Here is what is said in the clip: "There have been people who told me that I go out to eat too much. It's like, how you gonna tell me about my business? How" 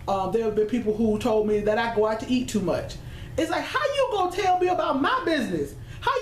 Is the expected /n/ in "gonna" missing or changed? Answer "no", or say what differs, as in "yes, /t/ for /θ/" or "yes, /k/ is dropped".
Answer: yes, /n/ is dropped